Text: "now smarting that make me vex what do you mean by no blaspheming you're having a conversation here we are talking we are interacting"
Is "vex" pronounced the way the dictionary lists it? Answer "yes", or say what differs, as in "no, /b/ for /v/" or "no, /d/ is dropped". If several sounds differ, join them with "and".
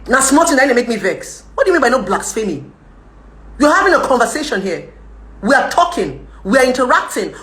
yes